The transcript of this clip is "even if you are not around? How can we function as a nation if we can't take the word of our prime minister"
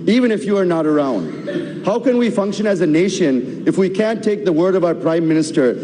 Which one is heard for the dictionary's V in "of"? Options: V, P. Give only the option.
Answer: V